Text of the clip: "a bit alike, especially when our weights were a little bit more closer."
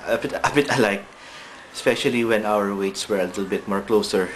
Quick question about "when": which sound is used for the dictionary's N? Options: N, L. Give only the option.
N